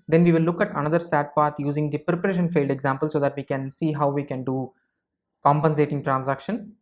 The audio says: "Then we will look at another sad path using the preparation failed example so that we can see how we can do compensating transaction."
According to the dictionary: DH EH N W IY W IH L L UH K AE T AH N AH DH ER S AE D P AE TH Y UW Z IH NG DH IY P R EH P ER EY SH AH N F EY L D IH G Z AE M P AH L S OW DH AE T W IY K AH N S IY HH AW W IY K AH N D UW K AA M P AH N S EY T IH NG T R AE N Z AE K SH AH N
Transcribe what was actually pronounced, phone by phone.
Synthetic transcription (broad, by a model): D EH N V IY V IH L L UH K AE T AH N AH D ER S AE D P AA T Y UW Z IH NG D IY P R EH P ER EY SH AH N F EY L D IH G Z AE M P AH L S OW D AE T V IY K AH N S IY HH AW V IY K AH N D UW K AA M P AH N S EY T IH NG T R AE N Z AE K SH AH N